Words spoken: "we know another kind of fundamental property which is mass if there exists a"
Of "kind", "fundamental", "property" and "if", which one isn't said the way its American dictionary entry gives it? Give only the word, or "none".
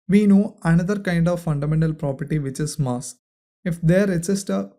none